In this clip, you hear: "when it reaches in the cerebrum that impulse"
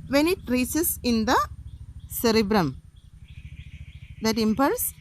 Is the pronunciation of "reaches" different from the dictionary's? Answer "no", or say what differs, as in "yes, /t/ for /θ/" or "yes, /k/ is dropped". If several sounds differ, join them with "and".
yes, /s/ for /tʃ/